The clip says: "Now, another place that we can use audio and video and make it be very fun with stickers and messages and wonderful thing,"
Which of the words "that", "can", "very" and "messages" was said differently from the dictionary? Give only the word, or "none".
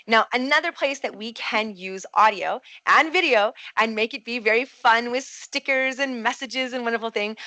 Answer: none